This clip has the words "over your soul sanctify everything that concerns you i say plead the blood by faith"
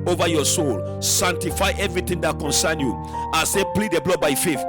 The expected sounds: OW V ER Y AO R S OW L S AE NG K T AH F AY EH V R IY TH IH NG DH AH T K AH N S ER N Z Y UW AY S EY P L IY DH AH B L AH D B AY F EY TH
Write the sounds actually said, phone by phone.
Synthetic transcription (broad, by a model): OW V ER Y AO S OW L S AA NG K T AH F AY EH V R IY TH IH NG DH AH T K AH N S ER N Y UW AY S EY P L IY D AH B L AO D B AY F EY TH